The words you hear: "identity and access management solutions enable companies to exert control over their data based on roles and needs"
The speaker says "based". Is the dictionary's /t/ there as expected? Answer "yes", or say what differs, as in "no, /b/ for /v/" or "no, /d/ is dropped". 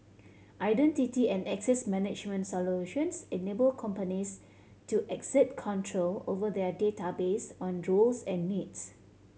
no, /t/ is dropped